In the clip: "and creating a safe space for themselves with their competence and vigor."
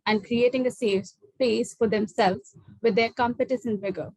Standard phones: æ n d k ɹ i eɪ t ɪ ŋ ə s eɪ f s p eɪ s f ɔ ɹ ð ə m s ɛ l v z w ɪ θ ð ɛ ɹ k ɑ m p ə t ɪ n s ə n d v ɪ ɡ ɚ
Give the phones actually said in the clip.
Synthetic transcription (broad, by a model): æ n d k ɹ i eɪ t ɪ ŋ ə s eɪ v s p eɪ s f ɔ ɹ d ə m s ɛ l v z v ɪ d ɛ ɹ k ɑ m p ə t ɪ s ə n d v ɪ ɡ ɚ